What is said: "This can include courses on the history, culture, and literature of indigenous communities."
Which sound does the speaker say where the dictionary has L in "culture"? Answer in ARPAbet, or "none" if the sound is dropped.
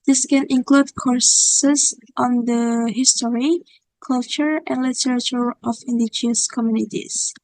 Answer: L